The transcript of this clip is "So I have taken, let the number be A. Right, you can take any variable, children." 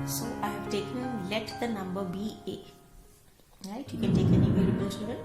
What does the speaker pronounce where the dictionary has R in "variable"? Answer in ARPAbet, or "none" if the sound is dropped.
L